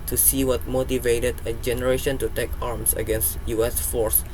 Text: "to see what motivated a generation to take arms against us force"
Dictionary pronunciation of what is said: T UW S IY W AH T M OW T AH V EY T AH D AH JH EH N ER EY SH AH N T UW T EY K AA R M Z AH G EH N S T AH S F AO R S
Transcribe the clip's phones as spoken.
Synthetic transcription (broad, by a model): T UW S IY W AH T M OW T AH V EY T AH D AH JH EH N ER EY SH AH N T UW T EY K AA R M S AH G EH N S T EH S F AO R S